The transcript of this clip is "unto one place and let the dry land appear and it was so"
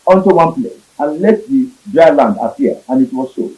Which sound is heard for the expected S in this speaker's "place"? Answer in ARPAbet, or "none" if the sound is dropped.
S